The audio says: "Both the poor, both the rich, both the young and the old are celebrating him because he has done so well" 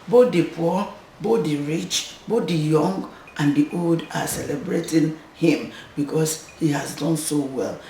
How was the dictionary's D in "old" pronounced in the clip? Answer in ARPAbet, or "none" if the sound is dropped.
D